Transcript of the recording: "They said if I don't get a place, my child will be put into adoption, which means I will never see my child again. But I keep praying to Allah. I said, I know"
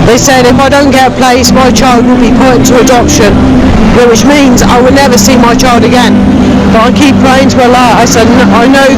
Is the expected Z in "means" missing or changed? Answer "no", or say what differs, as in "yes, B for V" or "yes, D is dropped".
no